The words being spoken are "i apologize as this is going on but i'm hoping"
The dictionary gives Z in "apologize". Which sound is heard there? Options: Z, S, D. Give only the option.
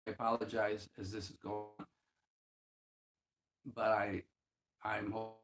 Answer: Z